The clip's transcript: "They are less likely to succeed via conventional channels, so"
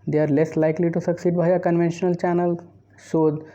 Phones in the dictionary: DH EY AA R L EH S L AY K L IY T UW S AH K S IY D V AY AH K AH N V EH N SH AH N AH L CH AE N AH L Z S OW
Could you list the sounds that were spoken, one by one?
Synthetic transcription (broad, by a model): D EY AA R L EH S L AY K L IY T UW S AH K S IY D B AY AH K AH N V EH N SH AH N AH L CH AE N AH L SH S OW